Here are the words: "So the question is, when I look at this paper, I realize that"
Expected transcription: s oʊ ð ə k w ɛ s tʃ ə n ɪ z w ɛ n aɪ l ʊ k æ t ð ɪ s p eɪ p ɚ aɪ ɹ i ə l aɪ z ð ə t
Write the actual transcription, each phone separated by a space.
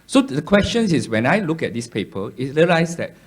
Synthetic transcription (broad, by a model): s oʊ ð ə k w ɛ s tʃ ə n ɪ s w ɛ n aɪ l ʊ k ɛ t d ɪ s p eɪ p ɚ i ɹ i ə l aɪ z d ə t